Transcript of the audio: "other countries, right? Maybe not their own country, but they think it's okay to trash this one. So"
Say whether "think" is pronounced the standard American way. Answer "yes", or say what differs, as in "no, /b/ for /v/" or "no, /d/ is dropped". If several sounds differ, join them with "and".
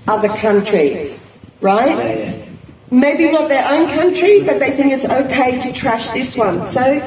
yes